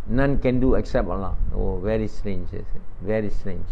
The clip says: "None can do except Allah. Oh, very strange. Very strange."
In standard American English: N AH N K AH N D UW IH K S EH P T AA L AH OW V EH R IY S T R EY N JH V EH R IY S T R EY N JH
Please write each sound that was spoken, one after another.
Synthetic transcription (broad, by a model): N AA N K AH N D UW IH K S EH P T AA L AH OW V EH R IY S T R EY N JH V EH R IY S T R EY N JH